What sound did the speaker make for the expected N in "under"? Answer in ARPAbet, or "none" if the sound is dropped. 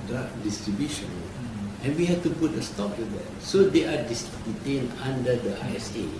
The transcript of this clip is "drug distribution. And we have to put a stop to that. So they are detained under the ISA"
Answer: none